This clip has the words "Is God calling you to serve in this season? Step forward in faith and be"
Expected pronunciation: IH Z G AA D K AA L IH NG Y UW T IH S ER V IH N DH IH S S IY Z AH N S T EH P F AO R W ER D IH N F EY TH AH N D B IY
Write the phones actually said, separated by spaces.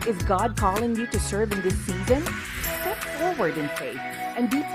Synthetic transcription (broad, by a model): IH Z G AA D K AA L IH NG Y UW T IH S ER V IH N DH IH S S IY Z AH N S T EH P F AO R W ER D IH N F EY TH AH N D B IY